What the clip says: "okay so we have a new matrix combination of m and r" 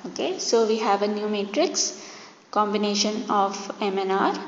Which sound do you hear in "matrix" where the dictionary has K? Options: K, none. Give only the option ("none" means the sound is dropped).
K